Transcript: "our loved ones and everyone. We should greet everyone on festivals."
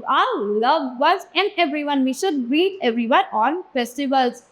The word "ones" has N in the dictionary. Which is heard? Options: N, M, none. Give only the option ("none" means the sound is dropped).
none